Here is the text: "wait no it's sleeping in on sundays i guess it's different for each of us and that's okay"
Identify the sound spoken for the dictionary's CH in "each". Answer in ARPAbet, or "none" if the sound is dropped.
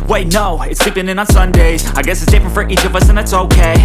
CH